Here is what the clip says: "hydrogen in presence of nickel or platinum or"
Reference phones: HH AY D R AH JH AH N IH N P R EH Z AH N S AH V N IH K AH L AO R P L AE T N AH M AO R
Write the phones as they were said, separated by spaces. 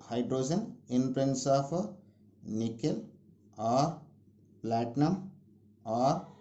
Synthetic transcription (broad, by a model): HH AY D R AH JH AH N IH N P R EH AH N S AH P N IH K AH L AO R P L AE T N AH M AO R